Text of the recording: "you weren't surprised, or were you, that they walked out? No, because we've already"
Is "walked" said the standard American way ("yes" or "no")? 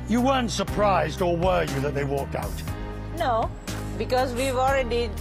yes